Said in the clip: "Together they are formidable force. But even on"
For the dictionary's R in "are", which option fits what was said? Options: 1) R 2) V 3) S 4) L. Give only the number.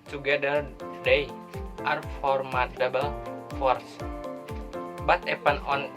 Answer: 1